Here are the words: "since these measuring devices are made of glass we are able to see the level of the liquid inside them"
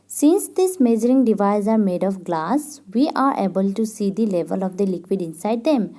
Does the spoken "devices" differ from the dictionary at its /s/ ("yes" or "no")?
yes